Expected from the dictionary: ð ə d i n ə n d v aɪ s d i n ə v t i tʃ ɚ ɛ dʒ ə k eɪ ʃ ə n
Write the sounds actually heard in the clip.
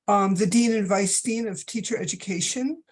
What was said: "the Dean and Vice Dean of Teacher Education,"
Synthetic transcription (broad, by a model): ð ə d i n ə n v aɪ s d i n ə v t i tʃ ɚ ɛ dʒ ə k eɪ ʃ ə n